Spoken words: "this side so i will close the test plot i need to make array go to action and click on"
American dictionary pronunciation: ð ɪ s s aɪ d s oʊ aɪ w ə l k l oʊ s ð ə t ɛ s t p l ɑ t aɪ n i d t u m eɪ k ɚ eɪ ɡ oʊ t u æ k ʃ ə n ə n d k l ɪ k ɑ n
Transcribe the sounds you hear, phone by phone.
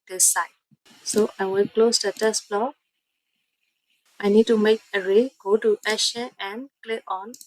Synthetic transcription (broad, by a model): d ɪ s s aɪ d s oʊ aɪ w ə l k l oʊ s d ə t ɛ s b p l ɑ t aɪ n i d t u m eɪ k ɚ eɪ ɡ oʊ t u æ ʃ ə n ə n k l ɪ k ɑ n